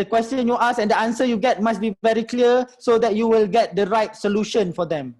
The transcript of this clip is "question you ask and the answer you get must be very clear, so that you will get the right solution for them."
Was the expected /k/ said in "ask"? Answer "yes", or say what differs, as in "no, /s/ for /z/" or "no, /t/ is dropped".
no, /k/ is dropped